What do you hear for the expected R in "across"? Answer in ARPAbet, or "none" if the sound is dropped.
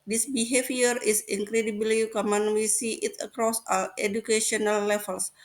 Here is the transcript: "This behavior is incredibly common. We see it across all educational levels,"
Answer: R